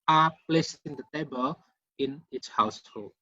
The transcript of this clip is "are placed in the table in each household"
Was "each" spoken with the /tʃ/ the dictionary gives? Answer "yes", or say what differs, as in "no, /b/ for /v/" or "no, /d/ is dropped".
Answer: no, /s/ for /tʃ/